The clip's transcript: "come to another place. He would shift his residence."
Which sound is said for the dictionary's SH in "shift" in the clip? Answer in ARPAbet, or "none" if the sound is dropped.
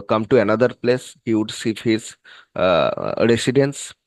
S